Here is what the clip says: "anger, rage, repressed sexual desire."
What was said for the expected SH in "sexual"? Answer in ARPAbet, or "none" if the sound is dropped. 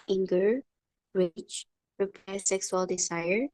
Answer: S